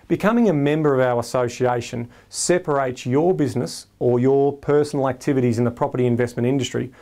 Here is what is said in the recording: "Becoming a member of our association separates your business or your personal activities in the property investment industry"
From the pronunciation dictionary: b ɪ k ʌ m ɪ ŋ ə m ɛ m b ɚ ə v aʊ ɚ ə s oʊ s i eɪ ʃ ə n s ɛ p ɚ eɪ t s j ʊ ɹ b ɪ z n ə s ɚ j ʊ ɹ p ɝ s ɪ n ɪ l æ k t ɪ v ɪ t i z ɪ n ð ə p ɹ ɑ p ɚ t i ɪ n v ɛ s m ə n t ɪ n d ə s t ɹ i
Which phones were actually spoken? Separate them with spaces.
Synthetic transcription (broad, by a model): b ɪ k ʌ m ɪ ŋ ə m ɛ m b ɚ ə v aʊ ɚ ə s oʊ s i eɪ ʃ ə n s ɛ p ɚ eɪ t s j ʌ ɹ b ɪ z n ə s ɚ j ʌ ɹ p ɝ s n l æ k t ɪ v ɪ t i z ɪ n ð ə p ɹ ɑ p ɚ t i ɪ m v ɛ s m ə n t ɪ n d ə s t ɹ i